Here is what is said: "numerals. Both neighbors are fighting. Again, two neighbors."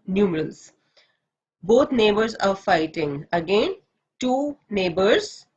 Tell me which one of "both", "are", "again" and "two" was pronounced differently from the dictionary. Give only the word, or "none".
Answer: both